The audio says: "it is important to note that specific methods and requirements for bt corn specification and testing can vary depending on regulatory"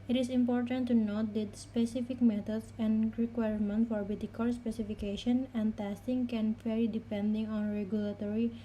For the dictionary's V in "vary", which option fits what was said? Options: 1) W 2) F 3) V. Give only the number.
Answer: 2